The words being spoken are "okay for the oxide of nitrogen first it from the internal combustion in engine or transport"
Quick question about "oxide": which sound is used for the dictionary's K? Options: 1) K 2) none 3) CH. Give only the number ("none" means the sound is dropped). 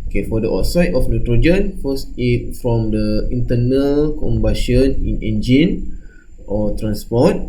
2